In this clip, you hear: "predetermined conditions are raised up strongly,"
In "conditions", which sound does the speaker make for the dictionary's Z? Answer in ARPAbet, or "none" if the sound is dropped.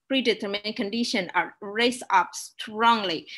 none